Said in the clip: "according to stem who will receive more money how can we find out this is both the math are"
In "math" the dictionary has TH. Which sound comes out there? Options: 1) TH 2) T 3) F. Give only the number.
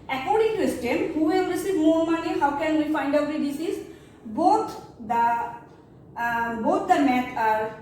2